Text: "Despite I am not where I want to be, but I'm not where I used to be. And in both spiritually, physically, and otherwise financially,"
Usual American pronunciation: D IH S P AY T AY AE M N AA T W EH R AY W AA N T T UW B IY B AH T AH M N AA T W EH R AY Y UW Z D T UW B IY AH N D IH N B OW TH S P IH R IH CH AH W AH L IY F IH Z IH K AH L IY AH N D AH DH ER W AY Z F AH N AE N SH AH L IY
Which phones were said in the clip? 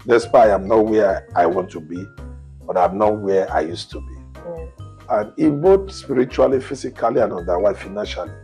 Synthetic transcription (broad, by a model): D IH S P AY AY M N AA T W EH AY W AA N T T UW B IY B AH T AH M N AA T W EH AY Y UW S T UW B IY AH N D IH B OW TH S P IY R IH CH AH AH L IY F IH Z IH K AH L IY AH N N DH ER W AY F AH N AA N SH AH L IY